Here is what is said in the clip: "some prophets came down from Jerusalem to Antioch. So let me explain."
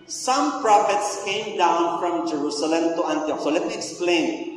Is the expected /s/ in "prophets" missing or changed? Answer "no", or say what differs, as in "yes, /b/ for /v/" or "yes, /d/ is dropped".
no